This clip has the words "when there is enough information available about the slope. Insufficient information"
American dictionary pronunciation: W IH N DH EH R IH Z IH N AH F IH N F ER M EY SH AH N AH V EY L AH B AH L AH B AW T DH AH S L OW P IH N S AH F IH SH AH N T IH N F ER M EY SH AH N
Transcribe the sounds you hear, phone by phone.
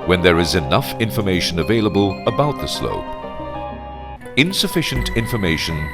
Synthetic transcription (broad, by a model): W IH N DH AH R IH Z IH N AH F IH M F ER M EY SH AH N AH V EY L AH B AH L AH B AW T DH AH S L OW P IH N S AH F IH SH AH N T IH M F ER M EY SH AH N